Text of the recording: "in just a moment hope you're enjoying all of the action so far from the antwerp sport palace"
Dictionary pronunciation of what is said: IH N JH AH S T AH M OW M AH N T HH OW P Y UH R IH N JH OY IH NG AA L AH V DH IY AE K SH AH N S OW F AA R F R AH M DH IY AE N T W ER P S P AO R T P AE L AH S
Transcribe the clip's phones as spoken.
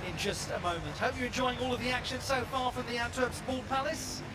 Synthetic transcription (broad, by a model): IH N JH AH S T AH M OW M AH N T HH OW P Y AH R IH N JH OY IH NG AA L AH V DH IY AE K SH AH N S OW F AA R F R AH M DH IY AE N T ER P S B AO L P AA L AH S